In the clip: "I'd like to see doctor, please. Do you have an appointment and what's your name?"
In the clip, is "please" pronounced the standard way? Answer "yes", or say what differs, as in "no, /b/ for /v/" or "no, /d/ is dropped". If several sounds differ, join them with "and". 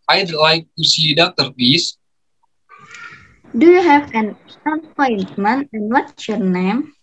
no, /l/ is dropped and /s/ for /z/